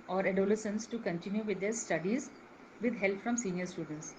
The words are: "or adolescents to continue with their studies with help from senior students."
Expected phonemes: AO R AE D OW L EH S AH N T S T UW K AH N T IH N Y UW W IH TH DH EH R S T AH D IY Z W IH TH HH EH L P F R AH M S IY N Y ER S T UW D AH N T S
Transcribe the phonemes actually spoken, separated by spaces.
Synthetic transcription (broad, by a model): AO R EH D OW L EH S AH N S T UW K AH N T IH N Y UW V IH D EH R S T AH D IY Z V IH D HH EH L P F R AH M S IY N Y ER S T UW D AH N T S